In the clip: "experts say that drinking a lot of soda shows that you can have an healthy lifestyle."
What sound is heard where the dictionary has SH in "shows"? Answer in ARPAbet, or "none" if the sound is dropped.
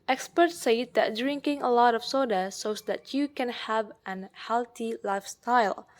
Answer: S